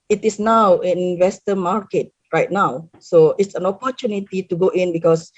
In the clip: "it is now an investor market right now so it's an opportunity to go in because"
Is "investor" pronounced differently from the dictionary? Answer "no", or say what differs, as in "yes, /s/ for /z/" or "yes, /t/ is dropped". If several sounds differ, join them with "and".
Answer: yes, /w/ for /v/